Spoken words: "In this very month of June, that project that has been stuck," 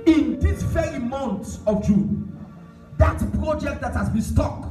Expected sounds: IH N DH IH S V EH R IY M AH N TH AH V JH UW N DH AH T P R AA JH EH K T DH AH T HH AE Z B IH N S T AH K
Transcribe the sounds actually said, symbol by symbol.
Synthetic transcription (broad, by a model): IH N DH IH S F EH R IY M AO N S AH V JH UW N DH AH T P R AA JH EH K T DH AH T HH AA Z B IH N S T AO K